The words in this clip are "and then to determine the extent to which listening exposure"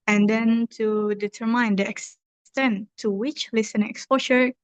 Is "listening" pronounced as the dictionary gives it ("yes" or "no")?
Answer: no